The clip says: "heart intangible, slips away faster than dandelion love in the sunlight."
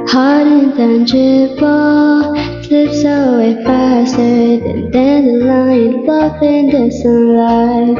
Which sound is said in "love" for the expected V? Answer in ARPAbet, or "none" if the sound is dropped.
F